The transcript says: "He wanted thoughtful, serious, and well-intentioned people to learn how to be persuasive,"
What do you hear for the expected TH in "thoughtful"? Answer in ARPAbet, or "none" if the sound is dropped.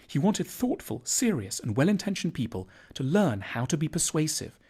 TH